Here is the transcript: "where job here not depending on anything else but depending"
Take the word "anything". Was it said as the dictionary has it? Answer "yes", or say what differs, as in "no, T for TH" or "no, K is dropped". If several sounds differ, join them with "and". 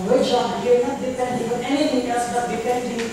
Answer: no, T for TH